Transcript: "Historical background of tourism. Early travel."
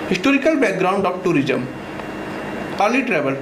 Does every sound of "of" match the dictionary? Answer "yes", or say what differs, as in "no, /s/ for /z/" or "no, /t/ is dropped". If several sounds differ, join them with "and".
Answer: no, /b/ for /v/